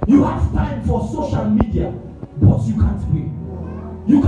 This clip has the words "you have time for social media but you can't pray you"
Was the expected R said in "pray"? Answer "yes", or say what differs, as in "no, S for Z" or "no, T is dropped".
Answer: no, R is dropped